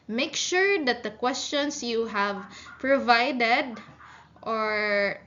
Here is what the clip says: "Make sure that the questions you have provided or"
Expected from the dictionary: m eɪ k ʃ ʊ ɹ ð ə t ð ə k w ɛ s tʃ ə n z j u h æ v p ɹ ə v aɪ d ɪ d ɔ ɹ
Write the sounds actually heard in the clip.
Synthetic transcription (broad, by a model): m eɪ k ʃ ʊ ɹ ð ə t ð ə k w ɛ s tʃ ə n s j u h æ v p ɹ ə v aɪ d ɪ d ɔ ɹ